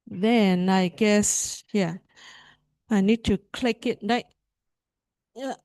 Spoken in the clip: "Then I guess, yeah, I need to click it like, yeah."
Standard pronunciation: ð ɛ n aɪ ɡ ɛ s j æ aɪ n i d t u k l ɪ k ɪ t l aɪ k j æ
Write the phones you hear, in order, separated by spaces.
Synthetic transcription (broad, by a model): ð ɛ n aɪ ɡ ɛ s j æ aɪ n i d t u k l ɪ k ɪ t n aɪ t